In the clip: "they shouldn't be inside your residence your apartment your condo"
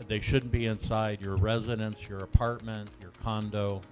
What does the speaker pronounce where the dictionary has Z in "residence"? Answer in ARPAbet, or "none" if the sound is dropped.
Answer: Z